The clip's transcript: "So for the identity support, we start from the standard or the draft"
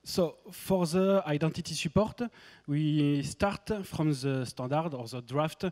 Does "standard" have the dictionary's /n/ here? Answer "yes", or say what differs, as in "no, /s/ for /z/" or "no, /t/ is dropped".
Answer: no, /n/ is dropped